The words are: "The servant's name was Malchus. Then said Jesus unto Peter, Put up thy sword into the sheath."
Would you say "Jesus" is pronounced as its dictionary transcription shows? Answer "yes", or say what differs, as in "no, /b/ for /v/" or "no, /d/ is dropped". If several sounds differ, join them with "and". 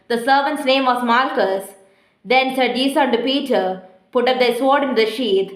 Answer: no, /s/ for /z/ and /s/ is dropped